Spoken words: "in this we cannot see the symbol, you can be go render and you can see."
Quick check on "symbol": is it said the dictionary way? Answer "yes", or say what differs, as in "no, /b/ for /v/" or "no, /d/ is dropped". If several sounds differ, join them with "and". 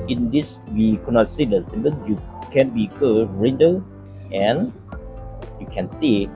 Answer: no, /n/ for /l/